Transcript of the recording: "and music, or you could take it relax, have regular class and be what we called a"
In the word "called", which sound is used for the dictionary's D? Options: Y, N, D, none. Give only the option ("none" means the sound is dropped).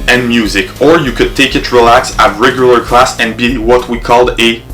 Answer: D